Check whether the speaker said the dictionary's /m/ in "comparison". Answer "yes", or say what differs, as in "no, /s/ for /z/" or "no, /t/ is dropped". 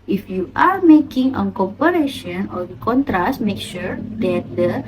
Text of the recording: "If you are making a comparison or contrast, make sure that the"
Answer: no, /m/ is dropped